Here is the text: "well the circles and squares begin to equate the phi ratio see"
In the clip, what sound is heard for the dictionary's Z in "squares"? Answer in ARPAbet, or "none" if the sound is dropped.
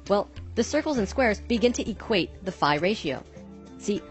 Z